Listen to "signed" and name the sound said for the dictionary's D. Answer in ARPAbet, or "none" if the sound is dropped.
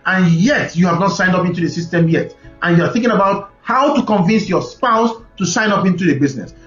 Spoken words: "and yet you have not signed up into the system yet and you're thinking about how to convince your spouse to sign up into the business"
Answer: D